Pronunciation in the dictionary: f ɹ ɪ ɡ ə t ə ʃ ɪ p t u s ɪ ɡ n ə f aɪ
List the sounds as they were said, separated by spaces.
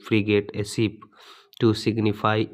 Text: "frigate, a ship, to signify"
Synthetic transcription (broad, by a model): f ɹ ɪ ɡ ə t ə s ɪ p t u s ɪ ɡ n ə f aɪ